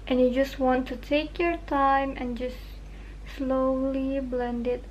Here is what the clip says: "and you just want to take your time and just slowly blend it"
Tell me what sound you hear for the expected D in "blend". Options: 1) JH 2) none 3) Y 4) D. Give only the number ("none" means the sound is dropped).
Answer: 4